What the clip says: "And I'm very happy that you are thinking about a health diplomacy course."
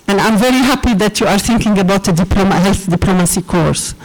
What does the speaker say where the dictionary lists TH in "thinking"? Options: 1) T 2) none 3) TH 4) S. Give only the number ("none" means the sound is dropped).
3